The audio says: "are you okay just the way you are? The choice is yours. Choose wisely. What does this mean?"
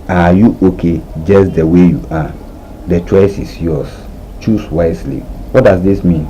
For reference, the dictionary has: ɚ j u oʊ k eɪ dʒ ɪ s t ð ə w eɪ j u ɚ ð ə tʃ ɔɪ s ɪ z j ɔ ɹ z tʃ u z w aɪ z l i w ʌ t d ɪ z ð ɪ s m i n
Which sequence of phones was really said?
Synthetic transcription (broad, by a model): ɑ j u oʊ k eɪ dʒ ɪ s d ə w eɪ j u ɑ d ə tʃ ɔɪ s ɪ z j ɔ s tʃ u s w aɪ s l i w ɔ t d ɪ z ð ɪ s m i n